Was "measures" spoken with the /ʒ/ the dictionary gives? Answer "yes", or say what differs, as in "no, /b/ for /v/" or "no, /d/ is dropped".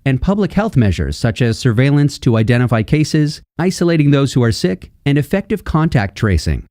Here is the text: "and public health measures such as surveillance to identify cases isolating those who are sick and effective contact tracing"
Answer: yes